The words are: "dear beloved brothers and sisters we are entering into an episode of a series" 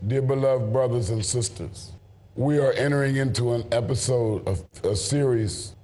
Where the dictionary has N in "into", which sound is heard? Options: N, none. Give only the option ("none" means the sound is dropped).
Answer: N